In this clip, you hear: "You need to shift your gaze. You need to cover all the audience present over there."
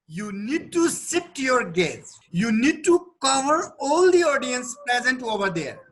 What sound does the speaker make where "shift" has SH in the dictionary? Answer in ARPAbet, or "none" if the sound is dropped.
S